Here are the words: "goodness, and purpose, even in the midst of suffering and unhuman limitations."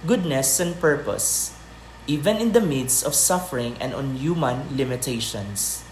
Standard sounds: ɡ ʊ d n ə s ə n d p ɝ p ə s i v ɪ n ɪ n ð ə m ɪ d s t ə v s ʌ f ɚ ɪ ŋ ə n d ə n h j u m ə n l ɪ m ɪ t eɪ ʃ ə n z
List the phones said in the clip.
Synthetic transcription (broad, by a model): ɡ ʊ d n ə s ə n d p ɝ p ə s i v ɪ n ɪ n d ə m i d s ə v s ʌ f ɚ ɪ ŋ ə n d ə n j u m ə n l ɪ m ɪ t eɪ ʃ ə n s